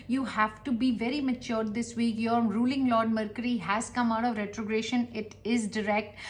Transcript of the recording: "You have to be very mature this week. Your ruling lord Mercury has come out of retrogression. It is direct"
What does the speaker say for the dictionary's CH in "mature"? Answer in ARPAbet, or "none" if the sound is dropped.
CH